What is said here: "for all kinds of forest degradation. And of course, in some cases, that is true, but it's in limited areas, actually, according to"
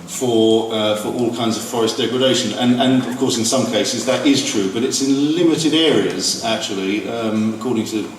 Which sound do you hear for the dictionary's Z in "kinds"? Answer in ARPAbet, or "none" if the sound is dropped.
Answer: Z